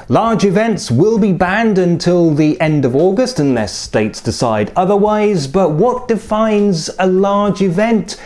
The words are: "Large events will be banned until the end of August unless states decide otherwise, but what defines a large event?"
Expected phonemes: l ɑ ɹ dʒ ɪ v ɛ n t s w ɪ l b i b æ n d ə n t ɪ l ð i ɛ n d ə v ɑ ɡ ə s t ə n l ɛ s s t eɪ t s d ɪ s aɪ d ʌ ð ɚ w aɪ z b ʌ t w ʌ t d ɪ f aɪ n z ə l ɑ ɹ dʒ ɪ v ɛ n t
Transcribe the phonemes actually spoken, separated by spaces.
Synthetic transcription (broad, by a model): l ɑ ɹ dʒ ɪ v ɛ n t s w ɪ l b i b æ n d ə n t ɪ l ð i ɛ n d ə v ɑ ɡ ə s t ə n l ɛ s s t eɪ t s d ɪ s aɪ d ʌ ð ɚ w aɪ z b ʌ t w ʌ t d ɪ f aɪ n z ə l ɑ ɹ dʒ ɪ v ɛ n t